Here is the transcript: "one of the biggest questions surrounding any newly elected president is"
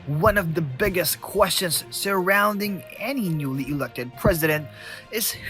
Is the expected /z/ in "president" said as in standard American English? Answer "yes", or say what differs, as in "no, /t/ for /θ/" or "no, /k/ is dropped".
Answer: yes